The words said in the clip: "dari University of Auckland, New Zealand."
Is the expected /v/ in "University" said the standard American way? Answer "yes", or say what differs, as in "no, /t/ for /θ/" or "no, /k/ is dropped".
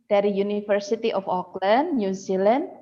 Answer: no, /f/ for /v/